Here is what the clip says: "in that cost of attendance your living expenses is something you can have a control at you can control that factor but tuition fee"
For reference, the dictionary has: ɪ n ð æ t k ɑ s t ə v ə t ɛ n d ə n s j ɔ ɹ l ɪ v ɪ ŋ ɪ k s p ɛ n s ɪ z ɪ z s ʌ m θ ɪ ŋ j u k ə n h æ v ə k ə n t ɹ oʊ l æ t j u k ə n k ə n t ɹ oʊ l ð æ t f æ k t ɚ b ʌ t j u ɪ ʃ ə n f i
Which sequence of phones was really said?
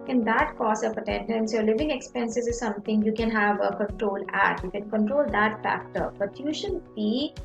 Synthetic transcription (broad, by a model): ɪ n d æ t k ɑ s ə p ə t ɛ n d ə n s j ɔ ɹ l ɪ v ɪ ŋ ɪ k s p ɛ n s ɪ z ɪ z s ʌ m t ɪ ŋ j u k ə n h æ v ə k ə n t ɹ oʊ l æ t j u k ə n k ə n t ɹ oʊ l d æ t f æ k t ɚ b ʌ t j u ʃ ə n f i